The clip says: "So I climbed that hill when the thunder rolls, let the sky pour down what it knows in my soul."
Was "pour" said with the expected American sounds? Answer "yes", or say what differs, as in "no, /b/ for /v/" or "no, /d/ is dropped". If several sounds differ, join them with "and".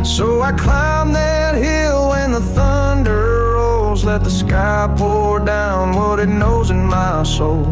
no, /l/ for /ɹ/